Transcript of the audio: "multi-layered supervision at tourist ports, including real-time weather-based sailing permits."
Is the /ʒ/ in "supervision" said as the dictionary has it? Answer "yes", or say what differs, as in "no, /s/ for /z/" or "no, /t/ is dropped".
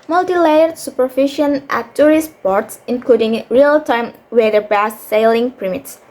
no, /ʃ/ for /ʒ/